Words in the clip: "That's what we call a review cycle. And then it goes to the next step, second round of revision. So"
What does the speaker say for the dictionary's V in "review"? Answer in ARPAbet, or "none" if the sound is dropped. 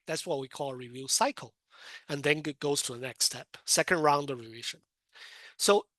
V